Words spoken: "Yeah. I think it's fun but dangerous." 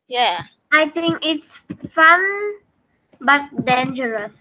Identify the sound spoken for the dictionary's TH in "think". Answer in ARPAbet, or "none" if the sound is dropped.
T